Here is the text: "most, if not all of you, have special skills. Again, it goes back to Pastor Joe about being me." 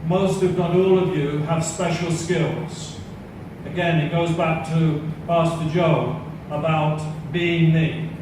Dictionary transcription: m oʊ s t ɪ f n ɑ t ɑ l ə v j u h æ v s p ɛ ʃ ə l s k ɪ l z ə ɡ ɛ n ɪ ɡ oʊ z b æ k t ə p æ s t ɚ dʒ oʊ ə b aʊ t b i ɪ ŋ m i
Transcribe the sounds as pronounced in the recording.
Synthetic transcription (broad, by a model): m oʊ s t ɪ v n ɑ t ɑ l ə v j u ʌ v s p ɛ ʃ l s k ɪ l z ə ɡ ɛ n ɪ ɡ oʊ z b æ k t ə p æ s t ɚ dʒ oʊ ə b aʊ t b i ɪ ŋ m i